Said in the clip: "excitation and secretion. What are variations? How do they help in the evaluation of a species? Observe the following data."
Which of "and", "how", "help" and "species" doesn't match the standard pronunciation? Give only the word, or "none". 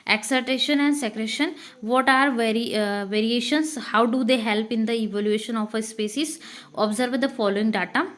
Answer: species